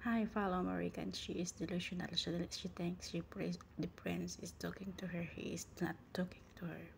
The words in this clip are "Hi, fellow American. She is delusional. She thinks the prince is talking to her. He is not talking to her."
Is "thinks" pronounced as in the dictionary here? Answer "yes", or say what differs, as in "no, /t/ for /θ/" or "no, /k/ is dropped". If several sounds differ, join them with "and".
no, /t/ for /θ/